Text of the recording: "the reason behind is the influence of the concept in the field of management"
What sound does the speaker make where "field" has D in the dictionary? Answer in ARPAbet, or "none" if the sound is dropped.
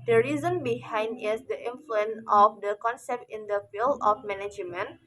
none